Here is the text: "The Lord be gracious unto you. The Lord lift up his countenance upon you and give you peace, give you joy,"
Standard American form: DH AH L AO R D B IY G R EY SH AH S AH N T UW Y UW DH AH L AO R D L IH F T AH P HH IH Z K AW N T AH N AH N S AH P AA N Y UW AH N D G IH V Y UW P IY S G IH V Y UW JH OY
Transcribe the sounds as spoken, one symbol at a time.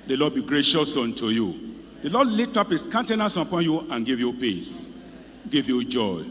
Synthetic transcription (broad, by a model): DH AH L AO D B IY G R EY SH AH S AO N T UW Y UW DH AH L AO D L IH T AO P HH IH S K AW N T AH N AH S AH P AA N Y UW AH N G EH V Y UW P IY S G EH V Y UW JH OY